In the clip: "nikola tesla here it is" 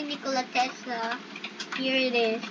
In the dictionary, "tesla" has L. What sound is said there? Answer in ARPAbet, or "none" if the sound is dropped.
none